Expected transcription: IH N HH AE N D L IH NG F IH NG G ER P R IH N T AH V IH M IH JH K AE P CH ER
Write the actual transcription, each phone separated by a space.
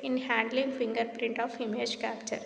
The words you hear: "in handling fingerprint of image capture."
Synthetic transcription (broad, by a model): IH N HH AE N D L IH NG F IH NG G ER P R IH N T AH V IH M IH JH K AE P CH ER